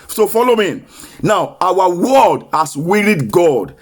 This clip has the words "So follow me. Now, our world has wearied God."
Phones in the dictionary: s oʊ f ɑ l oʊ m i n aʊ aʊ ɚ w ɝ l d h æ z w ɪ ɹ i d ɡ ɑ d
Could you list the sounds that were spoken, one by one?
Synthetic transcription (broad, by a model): s oʊ f ɑ l oʊ m i n aʊ aʊ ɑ w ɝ d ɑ s w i ɹ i d ɡ ɑ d